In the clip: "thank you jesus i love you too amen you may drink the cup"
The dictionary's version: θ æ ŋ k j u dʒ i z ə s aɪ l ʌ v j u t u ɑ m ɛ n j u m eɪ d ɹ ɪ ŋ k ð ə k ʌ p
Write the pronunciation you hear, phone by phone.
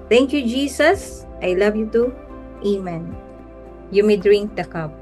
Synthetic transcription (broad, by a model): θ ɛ ŋ k j u dʒ i s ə s aɪ l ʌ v j u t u ɑ m ɛ n j u m eɪ d ɹ ɪ ŋ k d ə k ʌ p